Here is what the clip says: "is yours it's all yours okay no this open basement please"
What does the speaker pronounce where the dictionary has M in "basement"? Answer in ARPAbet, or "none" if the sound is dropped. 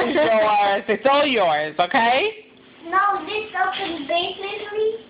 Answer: none